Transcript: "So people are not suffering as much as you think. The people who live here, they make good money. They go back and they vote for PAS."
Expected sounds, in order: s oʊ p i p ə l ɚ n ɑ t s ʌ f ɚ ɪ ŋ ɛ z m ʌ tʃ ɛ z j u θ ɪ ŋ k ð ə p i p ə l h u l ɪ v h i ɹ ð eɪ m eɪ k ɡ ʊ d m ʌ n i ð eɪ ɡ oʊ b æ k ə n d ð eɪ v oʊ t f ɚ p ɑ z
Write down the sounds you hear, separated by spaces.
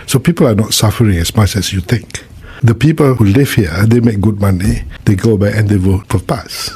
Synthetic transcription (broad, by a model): s oʊ p i p ə l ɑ n ɑ t s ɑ f ɚ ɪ ŋ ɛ s m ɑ tʃ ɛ s j u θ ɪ ŋ k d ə p i p ə l h u l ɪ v h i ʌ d eɪ m eɪ k ɡ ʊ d m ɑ n i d eɪ ɡ oʊ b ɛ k ə n d eɪ w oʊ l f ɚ p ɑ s